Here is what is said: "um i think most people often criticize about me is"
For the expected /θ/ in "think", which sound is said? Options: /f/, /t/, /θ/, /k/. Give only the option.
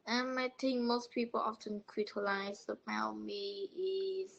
/t/